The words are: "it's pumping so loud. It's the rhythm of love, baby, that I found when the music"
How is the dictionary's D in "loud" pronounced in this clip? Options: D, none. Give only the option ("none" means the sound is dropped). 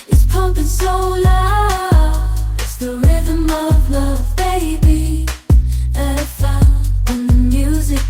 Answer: none